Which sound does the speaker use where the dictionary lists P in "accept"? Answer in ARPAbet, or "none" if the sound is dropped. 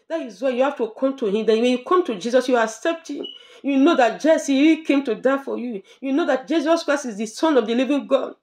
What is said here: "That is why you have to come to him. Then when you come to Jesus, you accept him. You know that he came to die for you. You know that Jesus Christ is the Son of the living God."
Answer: P